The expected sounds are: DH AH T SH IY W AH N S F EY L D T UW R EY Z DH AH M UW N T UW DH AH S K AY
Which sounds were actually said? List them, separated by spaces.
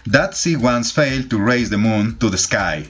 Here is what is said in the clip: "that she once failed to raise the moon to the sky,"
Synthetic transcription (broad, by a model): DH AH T S IY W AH N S F EY L D T UW R EY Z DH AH M UW N T UW DH AH S K AY